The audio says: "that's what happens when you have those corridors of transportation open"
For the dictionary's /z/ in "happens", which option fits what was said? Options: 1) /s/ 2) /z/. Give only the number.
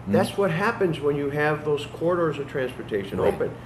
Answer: 2